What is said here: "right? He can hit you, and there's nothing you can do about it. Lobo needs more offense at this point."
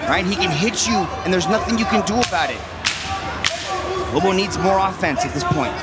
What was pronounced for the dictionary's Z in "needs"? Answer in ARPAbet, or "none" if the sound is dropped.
Z